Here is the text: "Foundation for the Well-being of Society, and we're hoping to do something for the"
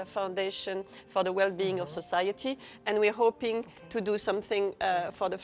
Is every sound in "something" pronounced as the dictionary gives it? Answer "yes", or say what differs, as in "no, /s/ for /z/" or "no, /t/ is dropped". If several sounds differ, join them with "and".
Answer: yes